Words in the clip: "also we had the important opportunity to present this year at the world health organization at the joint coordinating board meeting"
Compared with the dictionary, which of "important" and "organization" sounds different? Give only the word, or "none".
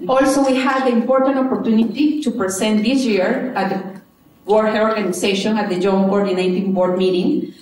organization